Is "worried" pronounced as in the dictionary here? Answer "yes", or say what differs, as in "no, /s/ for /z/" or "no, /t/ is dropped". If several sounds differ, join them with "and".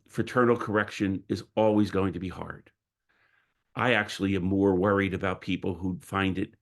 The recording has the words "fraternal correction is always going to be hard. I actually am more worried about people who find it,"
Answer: yes